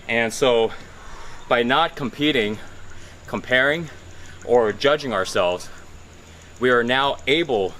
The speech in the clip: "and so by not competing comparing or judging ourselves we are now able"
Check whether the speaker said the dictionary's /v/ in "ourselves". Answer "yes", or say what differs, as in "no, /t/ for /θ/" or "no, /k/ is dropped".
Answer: yes